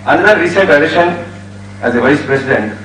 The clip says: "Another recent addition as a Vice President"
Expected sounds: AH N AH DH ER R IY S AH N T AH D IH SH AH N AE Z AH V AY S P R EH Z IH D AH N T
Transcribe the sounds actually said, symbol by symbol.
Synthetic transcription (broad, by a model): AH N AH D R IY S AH T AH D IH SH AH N AE Z AH V AY S P R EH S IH D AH N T